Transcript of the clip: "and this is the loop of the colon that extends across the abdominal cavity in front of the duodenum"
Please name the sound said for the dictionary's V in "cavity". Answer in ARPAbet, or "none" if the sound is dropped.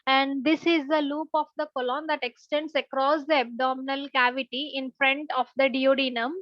V